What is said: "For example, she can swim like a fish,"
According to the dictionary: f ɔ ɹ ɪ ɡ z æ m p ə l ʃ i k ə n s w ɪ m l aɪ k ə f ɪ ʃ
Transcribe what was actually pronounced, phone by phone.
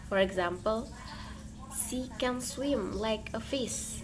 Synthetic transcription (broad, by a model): f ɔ ɹ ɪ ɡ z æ m p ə l s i k ə n s w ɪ m l aɪ k ə f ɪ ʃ